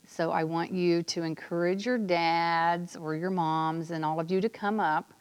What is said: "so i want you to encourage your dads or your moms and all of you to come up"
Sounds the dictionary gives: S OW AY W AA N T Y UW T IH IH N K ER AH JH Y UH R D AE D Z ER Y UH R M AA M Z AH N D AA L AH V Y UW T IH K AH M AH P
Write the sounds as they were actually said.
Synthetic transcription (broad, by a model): S OW AY W AA N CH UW T IH IH N K ER AH JH Y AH R D AE D Z ER Y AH R M AA M Z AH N AA L AH V Y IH T IH K AH M AH P